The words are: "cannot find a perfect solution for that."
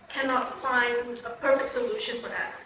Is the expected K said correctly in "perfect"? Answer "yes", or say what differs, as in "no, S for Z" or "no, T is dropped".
yes